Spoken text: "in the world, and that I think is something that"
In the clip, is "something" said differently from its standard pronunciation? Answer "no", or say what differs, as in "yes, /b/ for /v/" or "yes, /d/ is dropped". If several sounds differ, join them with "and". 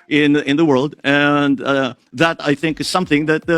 no